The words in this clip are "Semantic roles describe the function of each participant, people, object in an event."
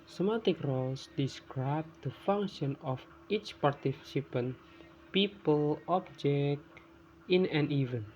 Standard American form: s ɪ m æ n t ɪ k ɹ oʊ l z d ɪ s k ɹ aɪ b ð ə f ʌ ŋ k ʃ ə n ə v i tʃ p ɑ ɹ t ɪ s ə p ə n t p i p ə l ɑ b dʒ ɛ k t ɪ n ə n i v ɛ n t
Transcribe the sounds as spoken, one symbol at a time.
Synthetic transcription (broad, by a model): s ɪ m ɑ t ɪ k ɹ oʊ l s d ɪ s k ɹ aɪ b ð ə f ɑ ŋ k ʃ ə n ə f i tʃ p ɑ ɹ t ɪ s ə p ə n p i p ə l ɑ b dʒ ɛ k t ɪ n ə n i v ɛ n